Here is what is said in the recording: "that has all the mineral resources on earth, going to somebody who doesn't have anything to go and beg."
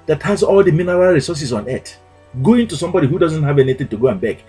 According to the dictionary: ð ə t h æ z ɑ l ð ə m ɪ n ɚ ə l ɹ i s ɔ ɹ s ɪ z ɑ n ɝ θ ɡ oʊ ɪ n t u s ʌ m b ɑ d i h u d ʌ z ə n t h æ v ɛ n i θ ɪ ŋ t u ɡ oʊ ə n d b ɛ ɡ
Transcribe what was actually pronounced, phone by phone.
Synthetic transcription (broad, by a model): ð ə t h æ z ɑ l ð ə m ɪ n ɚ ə l ɹ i s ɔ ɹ s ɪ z ɑ n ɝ t ɡ oʊ ɪ n t u s ʌ m b ɑ d i h u d ʌ z ə n t h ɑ v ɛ n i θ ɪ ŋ t u ɡ oʊ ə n b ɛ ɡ